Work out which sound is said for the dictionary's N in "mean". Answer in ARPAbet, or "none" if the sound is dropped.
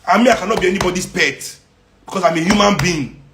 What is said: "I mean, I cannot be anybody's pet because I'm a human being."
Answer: none